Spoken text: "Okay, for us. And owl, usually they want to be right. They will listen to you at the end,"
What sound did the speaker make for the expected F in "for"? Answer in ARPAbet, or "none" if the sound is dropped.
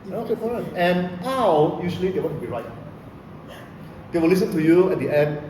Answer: P